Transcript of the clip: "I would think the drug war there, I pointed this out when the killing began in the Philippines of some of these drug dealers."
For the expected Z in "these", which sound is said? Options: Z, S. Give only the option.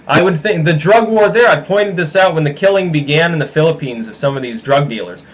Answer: Z